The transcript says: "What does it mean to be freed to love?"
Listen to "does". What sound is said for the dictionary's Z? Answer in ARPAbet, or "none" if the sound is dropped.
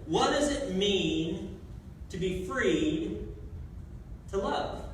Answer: Z